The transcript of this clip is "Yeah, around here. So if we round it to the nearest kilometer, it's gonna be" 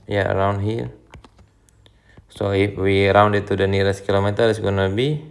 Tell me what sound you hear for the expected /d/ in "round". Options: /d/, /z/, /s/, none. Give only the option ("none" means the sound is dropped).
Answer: /d/